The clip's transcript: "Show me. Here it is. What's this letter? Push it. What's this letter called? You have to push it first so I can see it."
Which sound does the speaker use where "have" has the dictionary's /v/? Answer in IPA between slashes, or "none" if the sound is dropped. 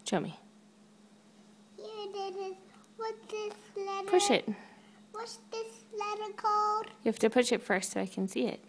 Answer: /f/